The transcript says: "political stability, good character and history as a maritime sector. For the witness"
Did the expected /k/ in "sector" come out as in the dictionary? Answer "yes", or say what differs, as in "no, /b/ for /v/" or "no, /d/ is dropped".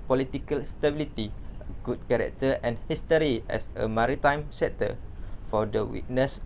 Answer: no, /k/ is dropped